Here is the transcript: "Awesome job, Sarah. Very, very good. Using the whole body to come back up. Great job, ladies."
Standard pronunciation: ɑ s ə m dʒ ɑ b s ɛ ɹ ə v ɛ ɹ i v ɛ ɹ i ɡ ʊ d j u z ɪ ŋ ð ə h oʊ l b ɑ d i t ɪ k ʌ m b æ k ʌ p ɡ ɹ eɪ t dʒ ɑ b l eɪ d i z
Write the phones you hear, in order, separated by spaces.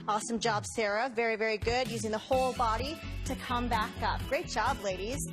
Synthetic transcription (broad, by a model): ɑ s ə m dʒ ɑ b s ɛ ɹ ə v ɛ ɹ i v ɛ ɹ i ɡ ʊ d j u z ɪ ŋ ð ə h oʊ l b ɑ d i t ɪ k ʌ m b æ k ʌ p ɡ ɹ eɪ t dʒ ɑ b l eɪ d i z